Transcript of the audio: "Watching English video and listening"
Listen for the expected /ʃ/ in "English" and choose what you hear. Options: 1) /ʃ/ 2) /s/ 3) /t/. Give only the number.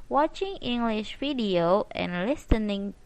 1